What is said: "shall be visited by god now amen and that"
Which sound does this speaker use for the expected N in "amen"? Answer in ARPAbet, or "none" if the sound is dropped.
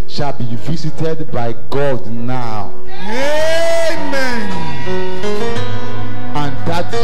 N